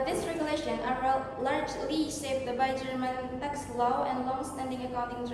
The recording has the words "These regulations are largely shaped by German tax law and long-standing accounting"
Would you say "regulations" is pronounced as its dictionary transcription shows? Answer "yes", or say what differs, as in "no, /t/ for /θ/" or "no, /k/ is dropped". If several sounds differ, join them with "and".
no, /z/ is dropped